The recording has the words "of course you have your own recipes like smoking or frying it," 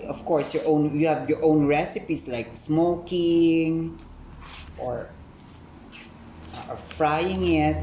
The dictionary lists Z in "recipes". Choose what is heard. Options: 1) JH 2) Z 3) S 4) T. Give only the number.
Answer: 3